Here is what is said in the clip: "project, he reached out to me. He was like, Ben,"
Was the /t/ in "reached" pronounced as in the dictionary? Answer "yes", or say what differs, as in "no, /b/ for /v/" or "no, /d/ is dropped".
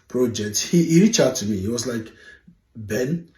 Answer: no, /t/ is dropped